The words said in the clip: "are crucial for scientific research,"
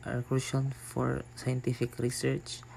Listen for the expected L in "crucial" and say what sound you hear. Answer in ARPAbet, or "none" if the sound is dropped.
N